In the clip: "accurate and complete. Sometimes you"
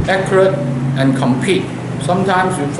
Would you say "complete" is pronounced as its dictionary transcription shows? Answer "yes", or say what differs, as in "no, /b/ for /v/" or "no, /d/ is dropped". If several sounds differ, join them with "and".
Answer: no, /l/ is dropped